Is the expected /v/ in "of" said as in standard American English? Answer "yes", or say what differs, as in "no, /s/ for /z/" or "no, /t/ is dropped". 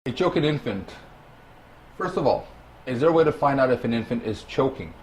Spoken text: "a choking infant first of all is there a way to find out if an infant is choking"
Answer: yes